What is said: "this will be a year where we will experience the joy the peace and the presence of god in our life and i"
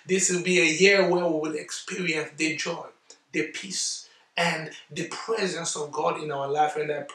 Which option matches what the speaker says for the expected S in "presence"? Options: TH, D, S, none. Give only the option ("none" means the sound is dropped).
S